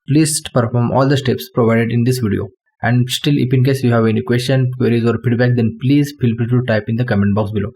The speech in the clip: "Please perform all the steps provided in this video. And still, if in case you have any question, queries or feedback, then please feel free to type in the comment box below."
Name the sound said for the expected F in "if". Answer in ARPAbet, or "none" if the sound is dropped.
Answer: P